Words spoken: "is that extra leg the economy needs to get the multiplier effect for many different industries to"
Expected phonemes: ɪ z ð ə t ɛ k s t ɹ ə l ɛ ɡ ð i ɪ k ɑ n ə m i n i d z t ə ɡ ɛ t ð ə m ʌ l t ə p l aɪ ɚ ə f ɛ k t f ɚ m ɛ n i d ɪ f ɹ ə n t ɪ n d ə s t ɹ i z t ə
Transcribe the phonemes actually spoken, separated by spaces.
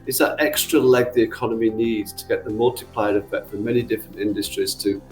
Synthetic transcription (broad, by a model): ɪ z ð ə t ɛ k s t ɹ ə l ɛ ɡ ð i ɪ k ɑ n ə m i n i d z t ə ɡ ɛ t ð ə m ʌ l t ə p l aɪ ɚ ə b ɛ t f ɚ m ɛ n i d ɪ f ɹ ə n t ɪ n d ə s t ɹ i z t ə